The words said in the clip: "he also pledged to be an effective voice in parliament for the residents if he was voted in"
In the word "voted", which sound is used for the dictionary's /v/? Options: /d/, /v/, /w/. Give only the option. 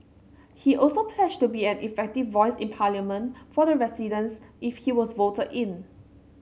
/v/